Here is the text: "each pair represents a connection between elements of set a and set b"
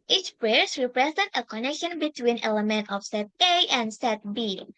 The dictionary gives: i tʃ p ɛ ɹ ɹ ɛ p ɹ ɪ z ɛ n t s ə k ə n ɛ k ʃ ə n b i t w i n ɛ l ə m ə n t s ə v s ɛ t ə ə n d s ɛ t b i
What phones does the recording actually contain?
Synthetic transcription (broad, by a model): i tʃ p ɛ ɹ ɹ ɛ p ɹ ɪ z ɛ n t ə k ə n ɛ k ʃ ə n b i t w i n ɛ l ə m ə n t ə f s ɛ t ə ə n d s ɛ t b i